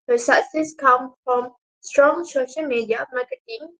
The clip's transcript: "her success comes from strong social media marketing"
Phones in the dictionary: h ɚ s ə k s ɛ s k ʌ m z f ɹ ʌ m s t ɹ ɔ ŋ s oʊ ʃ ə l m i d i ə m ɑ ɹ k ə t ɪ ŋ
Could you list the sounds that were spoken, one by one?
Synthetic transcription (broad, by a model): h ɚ s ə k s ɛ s k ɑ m f ɹ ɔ m s t ɹ ɔ ŋ s oʊ ʃ ə l m i d i ə m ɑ k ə t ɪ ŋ